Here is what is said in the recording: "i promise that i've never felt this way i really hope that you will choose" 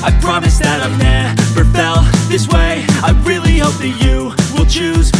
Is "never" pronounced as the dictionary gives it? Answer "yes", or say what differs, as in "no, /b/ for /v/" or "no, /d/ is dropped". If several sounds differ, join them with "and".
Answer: no, /p/ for /v/